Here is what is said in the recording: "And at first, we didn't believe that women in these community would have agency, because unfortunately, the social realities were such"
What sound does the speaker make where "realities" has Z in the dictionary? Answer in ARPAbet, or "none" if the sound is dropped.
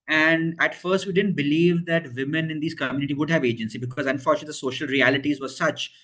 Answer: Z